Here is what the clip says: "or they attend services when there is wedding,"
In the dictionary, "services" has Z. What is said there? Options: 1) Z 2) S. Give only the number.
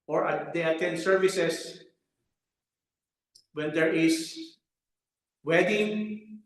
2